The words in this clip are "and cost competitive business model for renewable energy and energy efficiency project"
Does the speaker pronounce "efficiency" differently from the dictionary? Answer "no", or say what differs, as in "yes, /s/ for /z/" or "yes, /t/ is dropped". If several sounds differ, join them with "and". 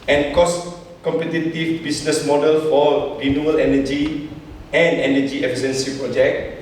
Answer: yes, /s/ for /ʃ/